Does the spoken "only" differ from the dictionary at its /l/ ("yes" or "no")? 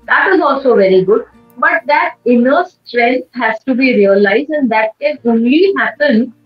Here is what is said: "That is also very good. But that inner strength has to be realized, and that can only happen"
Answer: no